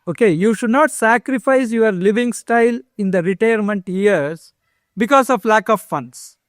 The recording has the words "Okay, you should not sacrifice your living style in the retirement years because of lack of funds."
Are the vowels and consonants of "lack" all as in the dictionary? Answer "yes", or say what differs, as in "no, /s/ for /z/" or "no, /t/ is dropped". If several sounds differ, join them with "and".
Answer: yes